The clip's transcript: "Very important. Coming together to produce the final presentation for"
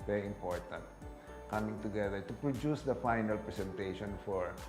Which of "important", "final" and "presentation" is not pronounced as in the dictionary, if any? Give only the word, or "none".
presentation